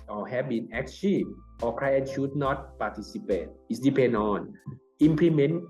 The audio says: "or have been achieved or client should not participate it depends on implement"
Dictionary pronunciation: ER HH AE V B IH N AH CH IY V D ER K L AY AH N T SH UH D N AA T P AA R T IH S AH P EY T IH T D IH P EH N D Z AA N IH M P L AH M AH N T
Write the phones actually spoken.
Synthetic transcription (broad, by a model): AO HH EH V B IH N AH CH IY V AO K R AY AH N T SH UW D N AA T P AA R T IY S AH P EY T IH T D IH P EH N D AA N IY M P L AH M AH N